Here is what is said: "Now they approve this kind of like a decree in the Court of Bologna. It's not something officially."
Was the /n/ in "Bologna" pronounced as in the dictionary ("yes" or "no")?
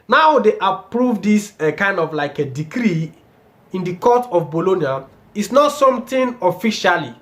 yes